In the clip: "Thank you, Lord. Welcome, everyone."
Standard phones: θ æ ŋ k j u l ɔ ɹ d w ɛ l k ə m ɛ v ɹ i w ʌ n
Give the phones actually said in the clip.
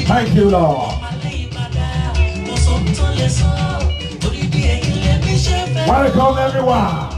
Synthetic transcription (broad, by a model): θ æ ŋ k j u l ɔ w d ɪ k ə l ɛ v ɹ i w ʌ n